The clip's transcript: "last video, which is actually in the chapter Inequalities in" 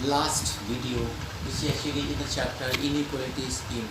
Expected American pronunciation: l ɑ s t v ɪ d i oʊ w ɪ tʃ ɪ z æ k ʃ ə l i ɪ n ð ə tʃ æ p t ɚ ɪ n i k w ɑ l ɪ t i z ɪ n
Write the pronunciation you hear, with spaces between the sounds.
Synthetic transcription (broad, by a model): l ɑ s t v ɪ d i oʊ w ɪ s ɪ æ ʃ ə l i ɪ n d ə tʃ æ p t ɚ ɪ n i k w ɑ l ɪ t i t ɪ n